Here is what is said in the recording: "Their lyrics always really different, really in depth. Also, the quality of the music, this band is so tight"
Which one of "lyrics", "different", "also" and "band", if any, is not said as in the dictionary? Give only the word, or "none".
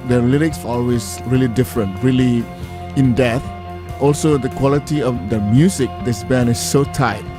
band